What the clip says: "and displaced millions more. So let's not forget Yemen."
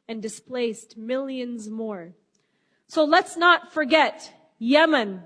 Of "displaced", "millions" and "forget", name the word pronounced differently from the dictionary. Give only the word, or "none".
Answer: none